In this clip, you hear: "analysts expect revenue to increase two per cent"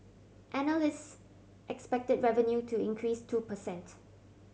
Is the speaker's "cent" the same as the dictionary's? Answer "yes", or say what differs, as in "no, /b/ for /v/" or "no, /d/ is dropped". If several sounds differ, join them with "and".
yes